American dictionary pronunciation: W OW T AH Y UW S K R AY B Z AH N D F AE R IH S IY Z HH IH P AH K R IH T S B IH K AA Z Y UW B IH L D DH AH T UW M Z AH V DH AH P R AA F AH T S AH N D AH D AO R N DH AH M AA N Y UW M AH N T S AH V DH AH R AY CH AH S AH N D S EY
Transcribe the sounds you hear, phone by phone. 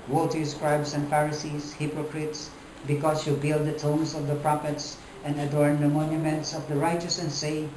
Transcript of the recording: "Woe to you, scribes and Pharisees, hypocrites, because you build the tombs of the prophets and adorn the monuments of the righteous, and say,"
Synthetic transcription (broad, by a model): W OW T AH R S K R AY B S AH N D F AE R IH S IY S HH IH P AH K R IH T S B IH K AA S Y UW B IH L D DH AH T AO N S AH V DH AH P R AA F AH T S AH N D AH D AO R N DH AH M AA N Y UW M AH N T S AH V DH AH R AY CH AH S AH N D S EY